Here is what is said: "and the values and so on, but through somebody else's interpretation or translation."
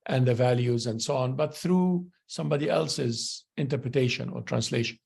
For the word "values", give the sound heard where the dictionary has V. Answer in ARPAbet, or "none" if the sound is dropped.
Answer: V